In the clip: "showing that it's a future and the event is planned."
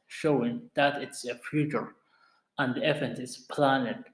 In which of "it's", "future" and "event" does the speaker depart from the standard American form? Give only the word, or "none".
event